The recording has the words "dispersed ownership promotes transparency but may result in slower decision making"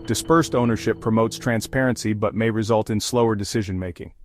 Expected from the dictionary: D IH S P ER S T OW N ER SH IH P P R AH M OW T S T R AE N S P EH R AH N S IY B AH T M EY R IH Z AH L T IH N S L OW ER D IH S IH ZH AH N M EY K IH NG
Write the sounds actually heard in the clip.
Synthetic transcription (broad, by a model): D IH S P ER S T OW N ER SH IH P P R AH M OW T S T R AE N S P EH R AH N S IY B AH T M EY R IH Z AH L T IH N S L OW ER D IH S IH ZH AH N M EY K IH NG